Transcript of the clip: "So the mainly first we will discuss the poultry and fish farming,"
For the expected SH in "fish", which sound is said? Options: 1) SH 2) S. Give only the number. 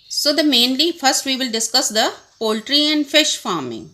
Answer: 1